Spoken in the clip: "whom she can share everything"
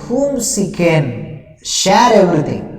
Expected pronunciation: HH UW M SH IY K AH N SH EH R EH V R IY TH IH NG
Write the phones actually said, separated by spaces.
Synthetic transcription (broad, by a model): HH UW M S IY K AH N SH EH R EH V R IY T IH NG